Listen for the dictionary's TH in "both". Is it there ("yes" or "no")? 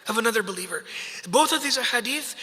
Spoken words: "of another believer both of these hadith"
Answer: yes